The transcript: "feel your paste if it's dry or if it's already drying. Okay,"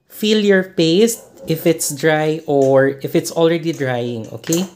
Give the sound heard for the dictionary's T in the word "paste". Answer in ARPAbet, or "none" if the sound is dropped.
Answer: T